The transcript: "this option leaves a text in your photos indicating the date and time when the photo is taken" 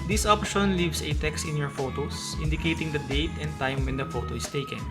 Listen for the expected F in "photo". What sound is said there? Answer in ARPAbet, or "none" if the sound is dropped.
F